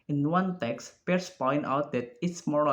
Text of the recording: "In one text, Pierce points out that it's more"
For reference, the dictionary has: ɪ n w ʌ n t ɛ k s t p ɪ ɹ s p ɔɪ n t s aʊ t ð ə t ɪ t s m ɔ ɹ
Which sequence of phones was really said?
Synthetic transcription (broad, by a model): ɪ n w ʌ n t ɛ k s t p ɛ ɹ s p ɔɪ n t aʊ t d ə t ɪ t s m ɔ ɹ